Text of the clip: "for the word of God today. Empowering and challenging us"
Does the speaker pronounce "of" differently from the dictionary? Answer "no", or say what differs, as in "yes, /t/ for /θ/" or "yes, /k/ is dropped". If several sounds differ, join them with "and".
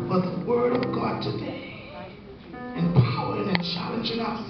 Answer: no